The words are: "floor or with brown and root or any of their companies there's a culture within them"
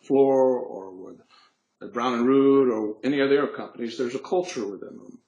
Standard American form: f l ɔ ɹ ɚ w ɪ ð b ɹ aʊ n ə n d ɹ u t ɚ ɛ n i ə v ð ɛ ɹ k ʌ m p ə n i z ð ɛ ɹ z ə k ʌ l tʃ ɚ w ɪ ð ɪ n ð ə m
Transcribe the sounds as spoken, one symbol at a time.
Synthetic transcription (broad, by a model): f l ɔ ɹ ɚ w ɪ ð b ɹ aʊ n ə n ɹ u t ɚ ɛ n i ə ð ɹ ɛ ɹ k ʌ m p ə n i z ð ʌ ɹ z ə k ʌ l tʃ ɚ w ɪ ð ɪ n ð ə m